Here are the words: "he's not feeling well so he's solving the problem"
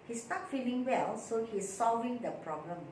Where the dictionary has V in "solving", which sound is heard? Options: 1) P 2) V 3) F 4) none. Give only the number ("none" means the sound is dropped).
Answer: 2